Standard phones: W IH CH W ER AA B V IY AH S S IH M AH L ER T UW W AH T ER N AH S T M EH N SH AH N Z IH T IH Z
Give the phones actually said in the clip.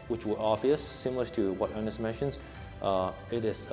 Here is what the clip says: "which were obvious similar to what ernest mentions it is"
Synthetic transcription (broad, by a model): W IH CH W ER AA V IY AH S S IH M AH L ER T UW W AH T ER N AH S M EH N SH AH N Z IH T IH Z